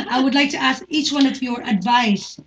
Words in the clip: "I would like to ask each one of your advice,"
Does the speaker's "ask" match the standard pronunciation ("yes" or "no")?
yes